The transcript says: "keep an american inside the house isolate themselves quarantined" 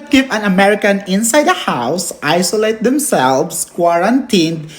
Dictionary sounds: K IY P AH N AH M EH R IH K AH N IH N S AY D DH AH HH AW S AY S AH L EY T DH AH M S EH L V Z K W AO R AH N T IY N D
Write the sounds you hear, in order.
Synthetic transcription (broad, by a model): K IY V AH N AH M EH R IH K AH N IH N S AY D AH HH AW S AY S AH L EY T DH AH M S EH L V S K W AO R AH N T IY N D